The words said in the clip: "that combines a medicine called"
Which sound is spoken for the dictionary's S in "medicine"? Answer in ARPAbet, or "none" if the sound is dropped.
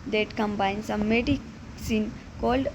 S